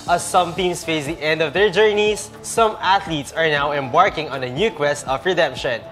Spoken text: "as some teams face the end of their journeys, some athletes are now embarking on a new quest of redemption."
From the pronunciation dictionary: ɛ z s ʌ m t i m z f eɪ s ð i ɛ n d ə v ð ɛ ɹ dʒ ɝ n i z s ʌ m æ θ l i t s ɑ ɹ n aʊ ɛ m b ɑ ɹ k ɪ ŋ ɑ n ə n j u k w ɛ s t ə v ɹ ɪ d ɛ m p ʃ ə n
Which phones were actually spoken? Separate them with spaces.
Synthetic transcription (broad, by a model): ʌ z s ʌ m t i m s f eɪ s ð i ɛ n d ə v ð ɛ ɹ dʒ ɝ n i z s ʌ m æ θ l i t s ɑ ɹ n aʊ ɛ m b ɑ ɹ k ɪ ŋ ɑ n ə n j u k w ɛ s t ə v ɹ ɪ d ɛ m p ʃ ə n